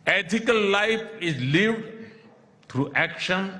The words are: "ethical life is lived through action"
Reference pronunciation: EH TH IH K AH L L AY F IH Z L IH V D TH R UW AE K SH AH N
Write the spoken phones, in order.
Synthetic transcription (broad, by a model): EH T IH K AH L L AY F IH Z L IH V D T R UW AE K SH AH N